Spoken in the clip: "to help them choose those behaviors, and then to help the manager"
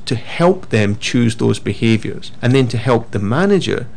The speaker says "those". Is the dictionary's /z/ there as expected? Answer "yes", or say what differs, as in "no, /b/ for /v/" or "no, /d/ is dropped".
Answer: yes